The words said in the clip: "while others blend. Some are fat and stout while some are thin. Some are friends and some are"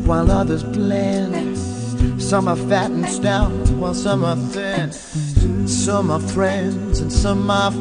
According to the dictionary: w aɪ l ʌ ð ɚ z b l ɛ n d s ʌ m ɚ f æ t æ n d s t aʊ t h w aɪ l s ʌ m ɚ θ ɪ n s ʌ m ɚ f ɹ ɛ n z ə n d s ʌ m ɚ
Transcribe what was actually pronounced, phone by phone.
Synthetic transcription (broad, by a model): w aɪ l ʌ ð ɚ z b l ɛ n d s ʌ m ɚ f æ t n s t aʊ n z w aɪ l s ʌ m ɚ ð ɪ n s ʌ m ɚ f ɹ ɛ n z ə n s ʌ m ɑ